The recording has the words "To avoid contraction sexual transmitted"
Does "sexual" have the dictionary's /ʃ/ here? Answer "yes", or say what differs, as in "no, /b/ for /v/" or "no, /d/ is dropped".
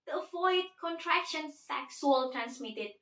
no, /s/ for /ʃ/